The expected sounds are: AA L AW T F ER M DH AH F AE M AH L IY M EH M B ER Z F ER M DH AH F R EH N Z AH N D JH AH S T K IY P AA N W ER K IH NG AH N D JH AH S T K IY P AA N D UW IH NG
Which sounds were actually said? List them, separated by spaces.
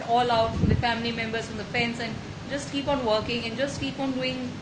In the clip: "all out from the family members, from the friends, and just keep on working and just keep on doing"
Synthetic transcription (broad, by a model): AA L AW T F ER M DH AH F AE M AH L IY M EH M B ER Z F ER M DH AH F EH N S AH N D JH AH S T K IY P AA N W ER K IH NG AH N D JH AH S T K IY P AA N D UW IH NG